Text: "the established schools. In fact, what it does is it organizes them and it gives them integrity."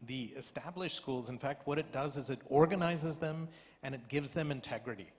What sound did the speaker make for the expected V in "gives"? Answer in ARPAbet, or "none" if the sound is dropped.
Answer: V